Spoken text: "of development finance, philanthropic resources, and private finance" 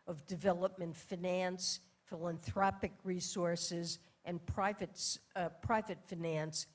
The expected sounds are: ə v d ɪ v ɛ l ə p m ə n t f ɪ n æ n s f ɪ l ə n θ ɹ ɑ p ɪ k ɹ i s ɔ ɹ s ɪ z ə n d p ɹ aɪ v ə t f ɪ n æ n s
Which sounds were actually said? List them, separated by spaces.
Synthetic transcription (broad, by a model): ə v d ɪ v ɛ l ə p m ə n t f ɪ n æ n s f ɪ l ə n θ ɹ ɑ p ɪ k ɹ i s ɔ ɹ s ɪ z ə n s p ɹ aɪ v ə t f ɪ n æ n s